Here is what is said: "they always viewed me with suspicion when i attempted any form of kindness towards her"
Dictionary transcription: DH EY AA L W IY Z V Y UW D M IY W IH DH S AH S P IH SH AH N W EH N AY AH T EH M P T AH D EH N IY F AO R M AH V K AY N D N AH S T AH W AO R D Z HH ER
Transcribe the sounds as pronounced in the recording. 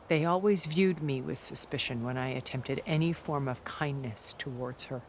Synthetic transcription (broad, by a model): DH EY AA L W IY Z V Y UW D M IY W IH DH S AH S P IH SH AH N W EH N AY AH T EH M P T AH D EH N IY F AO R M AH V K AY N N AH S T AH W AO R D Z HH ER